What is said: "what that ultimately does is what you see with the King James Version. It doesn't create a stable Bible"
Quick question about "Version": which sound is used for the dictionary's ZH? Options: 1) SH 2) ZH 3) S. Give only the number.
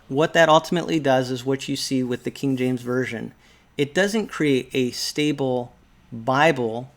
2